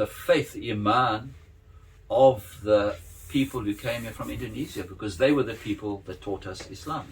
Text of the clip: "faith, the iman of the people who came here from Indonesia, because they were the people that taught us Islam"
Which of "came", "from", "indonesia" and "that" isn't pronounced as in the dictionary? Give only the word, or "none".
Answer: indonesia